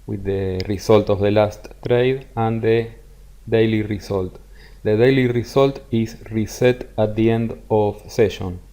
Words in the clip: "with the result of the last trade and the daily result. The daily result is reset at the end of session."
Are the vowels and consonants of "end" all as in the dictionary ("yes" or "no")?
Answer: yes